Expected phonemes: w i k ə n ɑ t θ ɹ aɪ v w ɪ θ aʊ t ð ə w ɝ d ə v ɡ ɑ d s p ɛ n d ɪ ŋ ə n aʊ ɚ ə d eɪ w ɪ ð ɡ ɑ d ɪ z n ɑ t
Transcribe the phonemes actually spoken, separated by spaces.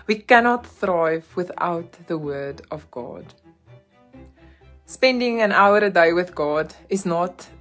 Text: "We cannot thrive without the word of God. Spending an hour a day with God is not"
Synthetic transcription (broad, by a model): w i k ə n ɑ t θ ɹ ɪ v w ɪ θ aʊ t ð ə w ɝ d ə v ɡ ɑ d s p ɛ n d ɪ ŋ ə n aʊ ɚ ə d eɪ w ɪ ð ɡ ɑ d ɪ z n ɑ t